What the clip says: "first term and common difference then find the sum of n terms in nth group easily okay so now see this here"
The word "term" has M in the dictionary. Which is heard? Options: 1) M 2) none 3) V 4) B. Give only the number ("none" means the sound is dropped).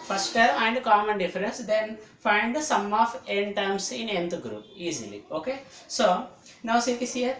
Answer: 2